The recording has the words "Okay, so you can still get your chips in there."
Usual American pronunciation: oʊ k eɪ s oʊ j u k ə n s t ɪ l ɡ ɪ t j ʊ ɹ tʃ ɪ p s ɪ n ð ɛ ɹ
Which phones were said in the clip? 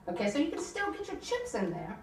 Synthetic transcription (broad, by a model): oʊ k eɪ s oʊ j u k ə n s t ɪ l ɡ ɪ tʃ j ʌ ɹ tʃ ɪ p s ɪ n ð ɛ ɹ